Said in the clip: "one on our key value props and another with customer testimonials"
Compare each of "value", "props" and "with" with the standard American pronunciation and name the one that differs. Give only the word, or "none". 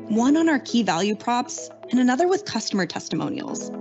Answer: none